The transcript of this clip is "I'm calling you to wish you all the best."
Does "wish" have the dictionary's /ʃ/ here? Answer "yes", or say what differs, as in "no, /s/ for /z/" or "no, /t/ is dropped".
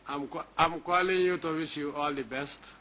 no, /s/ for /ʃ/